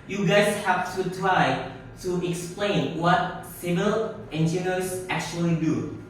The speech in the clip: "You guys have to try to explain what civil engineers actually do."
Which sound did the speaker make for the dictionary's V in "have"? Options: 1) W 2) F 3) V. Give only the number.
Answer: 2